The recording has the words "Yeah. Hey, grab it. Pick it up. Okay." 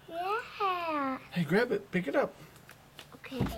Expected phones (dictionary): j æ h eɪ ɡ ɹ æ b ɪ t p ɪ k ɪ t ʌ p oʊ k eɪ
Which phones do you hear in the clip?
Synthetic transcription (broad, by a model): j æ h eɪ ɡ ɹ æ b ɪ t p ɪ k ɪ t ʌ p oʊ k eɪ